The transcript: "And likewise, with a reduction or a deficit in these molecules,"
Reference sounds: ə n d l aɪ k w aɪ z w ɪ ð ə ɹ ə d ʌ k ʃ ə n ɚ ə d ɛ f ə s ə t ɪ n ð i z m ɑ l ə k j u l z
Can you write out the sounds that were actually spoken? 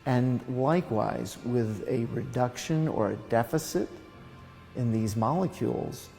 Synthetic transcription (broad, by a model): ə n l aɪ k w aɪ z w ɪ ð ə ɹ ə d ʌ k ʃ ə n ɚ ə d ɛ f ə s ə t ɪ n ð i z m ɑ l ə k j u l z